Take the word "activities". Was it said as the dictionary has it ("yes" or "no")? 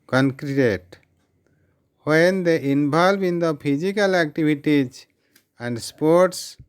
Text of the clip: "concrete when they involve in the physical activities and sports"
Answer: no